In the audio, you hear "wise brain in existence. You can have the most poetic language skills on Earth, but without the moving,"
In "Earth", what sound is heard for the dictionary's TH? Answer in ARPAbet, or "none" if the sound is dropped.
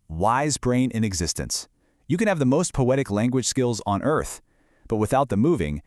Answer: TH